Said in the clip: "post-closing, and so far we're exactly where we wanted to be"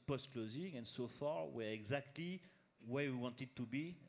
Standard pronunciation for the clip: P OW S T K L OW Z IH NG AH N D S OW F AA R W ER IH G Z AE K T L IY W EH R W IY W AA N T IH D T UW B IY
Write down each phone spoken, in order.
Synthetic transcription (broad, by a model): P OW S T K L OW Z IH NG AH N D S OW F AA R W ER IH G Z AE K T L IY W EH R W IY W AA N T IH D T UW B IY